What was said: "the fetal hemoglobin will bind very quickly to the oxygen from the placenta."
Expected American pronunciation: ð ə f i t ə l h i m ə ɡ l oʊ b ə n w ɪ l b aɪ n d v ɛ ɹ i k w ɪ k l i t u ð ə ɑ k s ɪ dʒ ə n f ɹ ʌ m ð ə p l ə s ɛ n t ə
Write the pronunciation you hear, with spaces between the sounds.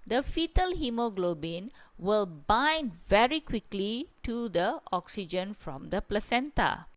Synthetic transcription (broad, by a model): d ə f i t ə l h i m ə ɡ l oʊ b ə n w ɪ l b aɪ n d v ɛ ɹ i k w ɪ k l i t u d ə ɑ k s ɪ dʒ ə n f ɹ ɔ m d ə p l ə s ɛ n t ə